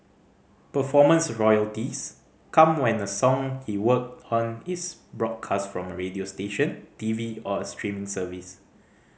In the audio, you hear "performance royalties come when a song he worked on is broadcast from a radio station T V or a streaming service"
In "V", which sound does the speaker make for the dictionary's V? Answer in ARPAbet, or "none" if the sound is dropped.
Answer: V